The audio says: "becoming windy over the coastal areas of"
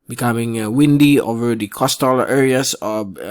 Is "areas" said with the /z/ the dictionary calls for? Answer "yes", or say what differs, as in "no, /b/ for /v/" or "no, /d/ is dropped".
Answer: no, /s/ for /z/